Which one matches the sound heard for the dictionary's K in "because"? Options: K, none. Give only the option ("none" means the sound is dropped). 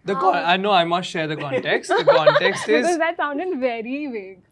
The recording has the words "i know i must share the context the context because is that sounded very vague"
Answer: none